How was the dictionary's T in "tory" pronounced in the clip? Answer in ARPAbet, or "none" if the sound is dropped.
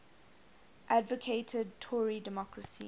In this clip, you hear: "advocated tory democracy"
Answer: T